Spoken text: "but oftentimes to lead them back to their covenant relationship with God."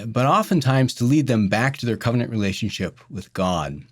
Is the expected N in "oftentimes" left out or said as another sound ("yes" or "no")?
no